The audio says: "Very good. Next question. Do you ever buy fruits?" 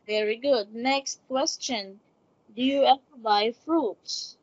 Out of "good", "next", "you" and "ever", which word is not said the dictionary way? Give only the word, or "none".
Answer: ever